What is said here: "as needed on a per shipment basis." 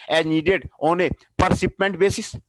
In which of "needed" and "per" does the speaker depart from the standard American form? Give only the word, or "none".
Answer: none